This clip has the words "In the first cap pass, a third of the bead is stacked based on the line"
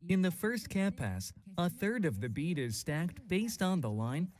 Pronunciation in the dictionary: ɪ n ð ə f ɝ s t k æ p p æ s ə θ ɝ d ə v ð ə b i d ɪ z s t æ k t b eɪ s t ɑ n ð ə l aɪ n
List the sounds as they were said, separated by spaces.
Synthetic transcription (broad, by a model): ɪ n ð ə f ɝ s t k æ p p æ s ə θ ɝ d ə v ð ə b i d ɪ z s t æ k t b eɪ s t n ð ə l aɪ n